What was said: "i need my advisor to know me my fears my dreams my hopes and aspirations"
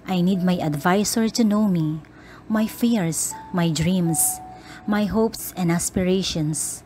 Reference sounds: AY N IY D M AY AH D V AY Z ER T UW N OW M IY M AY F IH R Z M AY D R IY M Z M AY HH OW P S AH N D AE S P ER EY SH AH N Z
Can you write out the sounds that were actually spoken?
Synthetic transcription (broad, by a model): AY N IY D M AY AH D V AY S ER T UW N OW M IY M AY F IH R S M AY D R IY M S M AY HH OW P S AH N D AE S P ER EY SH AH N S